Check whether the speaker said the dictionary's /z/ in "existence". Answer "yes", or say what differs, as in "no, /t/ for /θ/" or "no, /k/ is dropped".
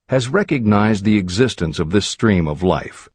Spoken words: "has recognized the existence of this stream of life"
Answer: yes